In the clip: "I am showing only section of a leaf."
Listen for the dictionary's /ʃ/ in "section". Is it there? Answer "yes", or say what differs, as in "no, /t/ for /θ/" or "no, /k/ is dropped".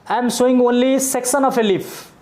no, /s/ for /ʃ/